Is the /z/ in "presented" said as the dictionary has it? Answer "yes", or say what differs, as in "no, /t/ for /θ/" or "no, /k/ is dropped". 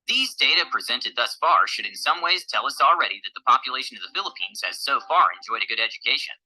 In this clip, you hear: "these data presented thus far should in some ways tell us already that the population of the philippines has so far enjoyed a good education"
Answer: yes